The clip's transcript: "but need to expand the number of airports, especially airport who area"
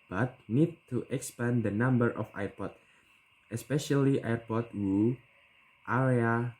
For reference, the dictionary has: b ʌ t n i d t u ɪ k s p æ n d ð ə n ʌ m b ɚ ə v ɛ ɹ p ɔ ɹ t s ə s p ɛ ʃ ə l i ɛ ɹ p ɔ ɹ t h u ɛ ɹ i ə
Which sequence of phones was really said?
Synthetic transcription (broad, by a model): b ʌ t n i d t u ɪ k s p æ n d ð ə n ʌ m b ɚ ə f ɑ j p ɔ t ə s p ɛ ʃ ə l i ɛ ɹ p ɔ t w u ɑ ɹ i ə